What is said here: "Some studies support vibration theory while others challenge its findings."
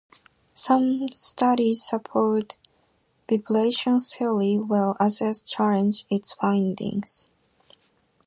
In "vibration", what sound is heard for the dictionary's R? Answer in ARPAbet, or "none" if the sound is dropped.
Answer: L